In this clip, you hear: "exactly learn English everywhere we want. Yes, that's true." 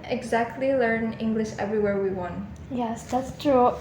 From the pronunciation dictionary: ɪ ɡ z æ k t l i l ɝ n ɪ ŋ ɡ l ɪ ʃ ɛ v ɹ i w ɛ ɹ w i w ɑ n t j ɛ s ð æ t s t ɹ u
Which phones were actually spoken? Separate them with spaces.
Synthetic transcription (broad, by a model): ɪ ɡ z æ k t l i l ɝ n ɪ ŋ ɡ l ɪ ʃ ɛ v ɹ i w ɛ ɹ w i w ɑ n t j ɛ s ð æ t s t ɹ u